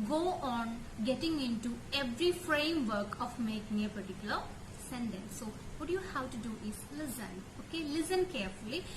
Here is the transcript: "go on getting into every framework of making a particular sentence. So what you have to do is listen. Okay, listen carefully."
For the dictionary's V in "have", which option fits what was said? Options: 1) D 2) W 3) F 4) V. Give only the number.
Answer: 2